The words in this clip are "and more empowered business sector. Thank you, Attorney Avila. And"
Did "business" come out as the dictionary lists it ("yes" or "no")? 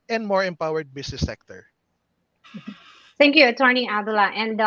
no